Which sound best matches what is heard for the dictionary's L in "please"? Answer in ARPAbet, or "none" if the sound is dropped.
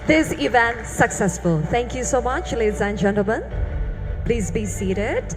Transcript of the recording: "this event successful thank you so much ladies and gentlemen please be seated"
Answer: L